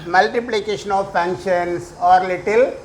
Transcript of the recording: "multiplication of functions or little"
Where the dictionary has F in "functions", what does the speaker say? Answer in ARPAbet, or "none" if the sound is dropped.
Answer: P